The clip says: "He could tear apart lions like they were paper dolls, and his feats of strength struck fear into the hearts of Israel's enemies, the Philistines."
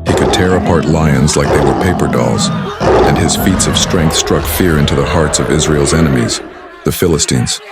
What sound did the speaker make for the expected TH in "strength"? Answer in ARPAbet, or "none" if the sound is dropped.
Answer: TH